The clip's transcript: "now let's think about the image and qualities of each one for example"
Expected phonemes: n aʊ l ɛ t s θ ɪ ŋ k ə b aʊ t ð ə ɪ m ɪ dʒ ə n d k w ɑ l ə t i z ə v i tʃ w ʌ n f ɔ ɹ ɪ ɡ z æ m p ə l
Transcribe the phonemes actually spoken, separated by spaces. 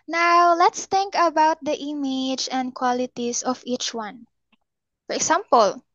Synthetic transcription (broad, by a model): n aʊ l ɛ t s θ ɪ ŋ k ə b aʊ t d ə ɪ m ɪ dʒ ə n d k w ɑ l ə t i s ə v i tʃ w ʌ n f ɔ ɹ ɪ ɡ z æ m p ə l